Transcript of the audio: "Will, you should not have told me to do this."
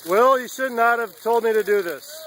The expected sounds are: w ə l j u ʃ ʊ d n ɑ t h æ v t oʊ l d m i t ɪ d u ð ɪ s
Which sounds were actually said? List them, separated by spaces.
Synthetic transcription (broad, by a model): w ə l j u ʃ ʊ d n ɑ t h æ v t oʊ l d m i t ɪ d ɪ ð ɪ s